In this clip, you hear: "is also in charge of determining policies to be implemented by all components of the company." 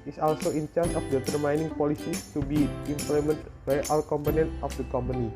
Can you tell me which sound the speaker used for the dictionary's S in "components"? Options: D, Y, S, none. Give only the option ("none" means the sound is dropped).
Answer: none